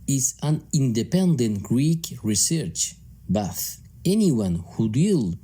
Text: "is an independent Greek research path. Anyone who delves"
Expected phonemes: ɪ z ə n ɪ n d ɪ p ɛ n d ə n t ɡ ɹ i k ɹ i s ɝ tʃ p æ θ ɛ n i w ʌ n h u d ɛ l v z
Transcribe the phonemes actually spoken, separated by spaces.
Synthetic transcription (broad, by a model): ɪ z ə n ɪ n d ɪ p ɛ n d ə n t ɡ ɹ i k ɹ i s ɝ tʃ b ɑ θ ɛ n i w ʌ n h u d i l